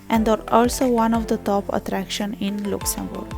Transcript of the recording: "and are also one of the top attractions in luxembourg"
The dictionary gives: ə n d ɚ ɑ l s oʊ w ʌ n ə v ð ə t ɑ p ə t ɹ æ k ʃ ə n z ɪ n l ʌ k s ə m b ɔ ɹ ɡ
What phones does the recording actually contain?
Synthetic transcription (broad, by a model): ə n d ɚ ɑ l s oʊ w ʌ n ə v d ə t ɑ p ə t ɹ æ k ʃ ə n ɪ n l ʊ k s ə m b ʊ ɹ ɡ